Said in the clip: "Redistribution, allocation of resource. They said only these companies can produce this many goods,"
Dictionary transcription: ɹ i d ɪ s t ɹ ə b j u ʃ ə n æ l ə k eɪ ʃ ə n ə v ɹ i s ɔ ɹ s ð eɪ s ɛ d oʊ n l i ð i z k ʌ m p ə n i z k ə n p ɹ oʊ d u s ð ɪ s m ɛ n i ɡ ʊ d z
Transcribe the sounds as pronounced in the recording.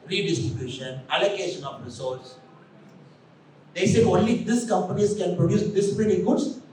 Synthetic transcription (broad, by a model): ɹ i d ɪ s t ɹ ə b j u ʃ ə n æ l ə k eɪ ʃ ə n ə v ɹ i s ɔ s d eɪ s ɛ oʊ n l i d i s k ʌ m p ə n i s k ə n p ɹ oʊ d u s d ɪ s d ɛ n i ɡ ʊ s